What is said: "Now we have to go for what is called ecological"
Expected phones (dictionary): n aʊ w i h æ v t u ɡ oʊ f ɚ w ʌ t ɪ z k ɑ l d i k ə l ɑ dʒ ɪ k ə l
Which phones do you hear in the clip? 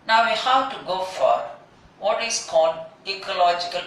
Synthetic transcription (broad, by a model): n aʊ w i h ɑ w t u ɡ oʊ f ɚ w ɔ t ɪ s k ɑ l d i k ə l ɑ dʒ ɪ k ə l